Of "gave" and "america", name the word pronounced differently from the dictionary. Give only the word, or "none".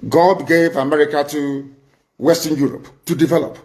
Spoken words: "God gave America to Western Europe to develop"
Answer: none